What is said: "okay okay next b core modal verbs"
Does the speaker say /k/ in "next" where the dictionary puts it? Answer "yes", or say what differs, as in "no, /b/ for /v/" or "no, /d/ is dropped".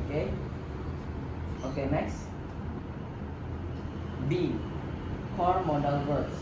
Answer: yes